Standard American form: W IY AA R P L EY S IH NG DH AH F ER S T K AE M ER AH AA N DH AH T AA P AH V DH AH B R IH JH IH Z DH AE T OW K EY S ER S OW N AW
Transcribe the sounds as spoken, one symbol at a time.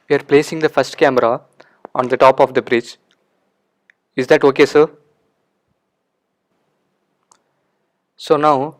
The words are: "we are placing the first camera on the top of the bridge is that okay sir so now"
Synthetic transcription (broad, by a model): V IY AA R P L EY S IH NG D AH F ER S T K AE M ER AH AA N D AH T AA P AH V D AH B R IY CH IH Z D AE T OW K EY S ER S OW N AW